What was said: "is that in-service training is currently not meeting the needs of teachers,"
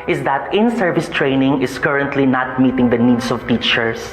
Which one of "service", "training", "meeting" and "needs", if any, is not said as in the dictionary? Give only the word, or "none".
needs